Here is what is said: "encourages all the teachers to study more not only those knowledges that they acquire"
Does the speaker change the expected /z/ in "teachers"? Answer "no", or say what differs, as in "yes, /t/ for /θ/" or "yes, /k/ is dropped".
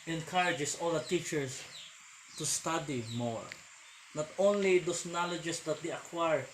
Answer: yes, /s/ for /z/